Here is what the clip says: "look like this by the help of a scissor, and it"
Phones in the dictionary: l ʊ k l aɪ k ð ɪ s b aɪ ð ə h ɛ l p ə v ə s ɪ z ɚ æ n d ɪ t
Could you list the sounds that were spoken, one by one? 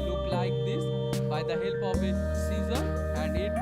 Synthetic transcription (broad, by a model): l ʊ k l aɪ k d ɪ s b aɪ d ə h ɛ l b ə b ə s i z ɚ æ n d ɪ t